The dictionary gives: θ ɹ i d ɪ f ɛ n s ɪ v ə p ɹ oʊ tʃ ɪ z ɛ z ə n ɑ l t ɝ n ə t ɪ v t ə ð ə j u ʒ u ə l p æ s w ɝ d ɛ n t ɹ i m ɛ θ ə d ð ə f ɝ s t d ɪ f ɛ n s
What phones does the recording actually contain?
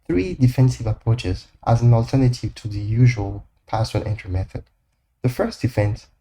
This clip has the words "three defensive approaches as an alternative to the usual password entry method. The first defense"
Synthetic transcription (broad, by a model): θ ɹ i d ɪ f ɛ n s ɪ v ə p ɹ oʊ tʃ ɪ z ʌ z ə n ɑ l t ɝ n ə t ɪ v t ə ð ə j u ʒ u ə l p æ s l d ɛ n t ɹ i m ɛ θ ə d ð ə f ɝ s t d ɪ f ɛ n s